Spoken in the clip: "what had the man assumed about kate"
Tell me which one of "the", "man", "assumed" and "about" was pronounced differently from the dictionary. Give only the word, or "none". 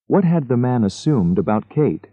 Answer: none